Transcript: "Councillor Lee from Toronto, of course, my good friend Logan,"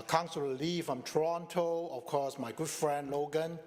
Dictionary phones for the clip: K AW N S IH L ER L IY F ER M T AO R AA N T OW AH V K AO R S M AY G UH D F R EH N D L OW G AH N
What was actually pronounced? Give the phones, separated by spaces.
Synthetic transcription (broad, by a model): K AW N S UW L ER L IY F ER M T R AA N T OW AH F K AO S M AY G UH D F R EH N D L OW G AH N